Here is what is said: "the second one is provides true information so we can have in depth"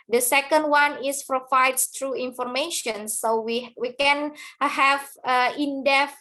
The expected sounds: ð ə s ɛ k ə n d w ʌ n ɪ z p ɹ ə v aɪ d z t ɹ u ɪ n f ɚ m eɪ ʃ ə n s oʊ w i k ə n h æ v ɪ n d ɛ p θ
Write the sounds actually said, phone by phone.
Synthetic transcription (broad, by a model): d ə s ɛ k ə n d w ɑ n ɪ s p ɹ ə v aɪ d s t ɹ u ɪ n f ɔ m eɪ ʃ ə n s oʊ w i k ə n h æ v ɪ n d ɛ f